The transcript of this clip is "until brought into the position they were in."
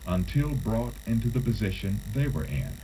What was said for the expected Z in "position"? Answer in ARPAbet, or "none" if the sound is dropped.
Z